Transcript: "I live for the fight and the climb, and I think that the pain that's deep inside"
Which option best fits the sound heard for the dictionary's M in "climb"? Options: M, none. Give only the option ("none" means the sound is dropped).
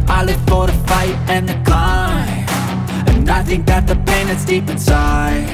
none